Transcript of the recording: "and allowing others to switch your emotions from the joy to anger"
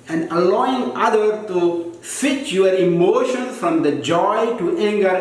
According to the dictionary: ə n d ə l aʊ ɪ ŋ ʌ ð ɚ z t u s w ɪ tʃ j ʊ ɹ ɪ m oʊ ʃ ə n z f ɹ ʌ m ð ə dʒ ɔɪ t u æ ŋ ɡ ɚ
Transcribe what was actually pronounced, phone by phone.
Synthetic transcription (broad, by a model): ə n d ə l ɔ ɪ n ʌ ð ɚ t u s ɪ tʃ j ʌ ɹ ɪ m oʊ ʃ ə n s f ɹ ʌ m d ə dʒ ɔɪ t u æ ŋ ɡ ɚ